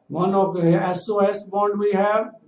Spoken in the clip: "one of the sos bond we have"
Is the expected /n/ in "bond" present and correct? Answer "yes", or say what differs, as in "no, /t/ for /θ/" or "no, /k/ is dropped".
yes